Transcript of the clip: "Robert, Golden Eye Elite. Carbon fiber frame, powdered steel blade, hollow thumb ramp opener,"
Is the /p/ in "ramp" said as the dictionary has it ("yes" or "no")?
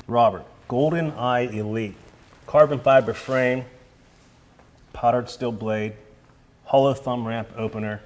yes